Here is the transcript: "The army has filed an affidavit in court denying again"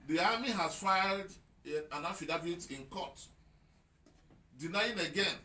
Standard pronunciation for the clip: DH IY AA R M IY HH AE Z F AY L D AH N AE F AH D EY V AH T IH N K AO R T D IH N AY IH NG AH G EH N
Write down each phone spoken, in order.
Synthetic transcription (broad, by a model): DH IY AA M IY HH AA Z F AY L D AH N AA F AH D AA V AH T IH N K AO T D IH N AY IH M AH G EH N